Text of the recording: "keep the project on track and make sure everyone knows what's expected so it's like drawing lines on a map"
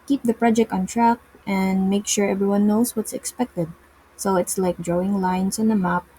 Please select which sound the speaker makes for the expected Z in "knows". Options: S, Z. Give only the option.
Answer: S